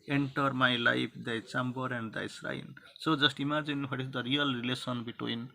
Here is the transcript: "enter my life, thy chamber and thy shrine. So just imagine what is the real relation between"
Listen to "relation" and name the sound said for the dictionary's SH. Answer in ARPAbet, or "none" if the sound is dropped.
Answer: S